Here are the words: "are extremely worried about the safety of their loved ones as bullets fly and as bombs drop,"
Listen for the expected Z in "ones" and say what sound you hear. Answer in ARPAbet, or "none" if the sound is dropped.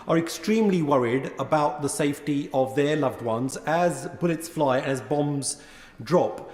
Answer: Z